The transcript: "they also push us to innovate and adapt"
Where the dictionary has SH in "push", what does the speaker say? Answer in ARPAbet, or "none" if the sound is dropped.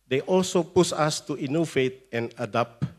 S